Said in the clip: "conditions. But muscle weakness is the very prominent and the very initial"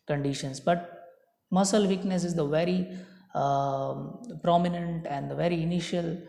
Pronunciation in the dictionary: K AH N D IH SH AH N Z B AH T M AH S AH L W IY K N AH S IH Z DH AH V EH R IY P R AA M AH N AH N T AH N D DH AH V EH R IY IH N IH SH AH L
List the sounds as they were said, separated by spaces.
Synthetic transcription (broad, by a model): K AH N D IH SH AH N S B AH T M AH S AH L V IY K N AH S IH Z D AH V EH R IY P R AA M AH N AH N T AH N D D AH V EH R IY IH N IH SH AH L